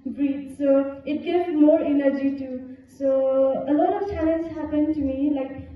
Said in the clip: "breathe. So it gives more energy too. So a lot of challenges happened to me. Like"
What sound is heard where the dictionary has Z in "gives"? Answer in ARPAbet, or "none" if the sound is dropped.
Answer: none